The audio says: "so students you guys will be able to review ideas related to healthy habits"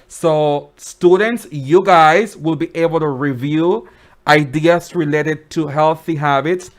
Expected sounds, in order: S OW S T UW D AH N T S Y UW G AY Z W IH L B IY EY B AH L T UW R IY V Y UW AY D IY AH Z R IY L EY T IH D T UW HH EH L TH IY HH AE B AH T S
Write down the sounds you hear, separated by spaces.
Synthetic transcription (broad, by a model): S OW S T UW D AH N T S Y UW G AY Z W IH L B IY EY B AH L T UW R IY V Y UW AY D IY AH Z R IY L EY T IH D T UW HH EH L TH IY HH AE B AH T S